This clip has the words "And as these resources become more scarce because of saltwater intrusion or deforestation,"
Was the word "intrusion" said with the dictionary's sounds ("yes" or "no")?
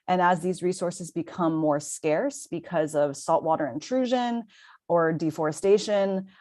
yes